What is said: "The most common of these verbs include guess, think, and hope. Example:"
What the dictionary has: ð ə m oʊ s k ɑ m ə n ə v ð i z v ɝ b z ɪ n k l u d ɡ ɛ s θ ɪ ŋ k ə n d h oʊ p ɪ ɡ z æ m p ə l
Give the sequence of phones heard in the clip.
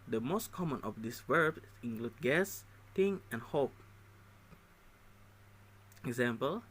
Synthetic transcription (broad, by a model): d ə m oʊ s k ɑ m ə n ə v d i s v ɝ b ɪ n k l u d ɡ ɛ s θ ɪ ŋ ə n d h oʊ p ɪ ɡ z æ m p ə l